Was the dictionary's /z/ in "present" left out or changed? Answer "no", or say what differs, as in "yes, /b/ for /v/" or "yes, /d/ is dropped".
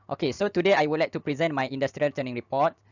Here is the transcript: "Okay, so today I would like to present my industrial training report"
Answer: no